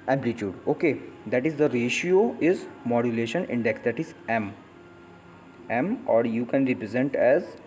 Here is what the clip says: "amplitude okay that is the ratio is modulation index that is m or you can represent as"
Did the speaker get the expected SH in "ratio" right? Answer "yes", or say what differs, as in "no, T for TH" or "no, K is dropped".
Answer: yes